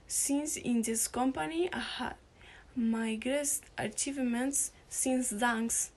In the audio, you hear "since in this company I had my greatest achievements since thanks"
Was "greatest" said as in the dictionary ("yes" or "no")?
no